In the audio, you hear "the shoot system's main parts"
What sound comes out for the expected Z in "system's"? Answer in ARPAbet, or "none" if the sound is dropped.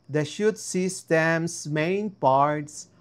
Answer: S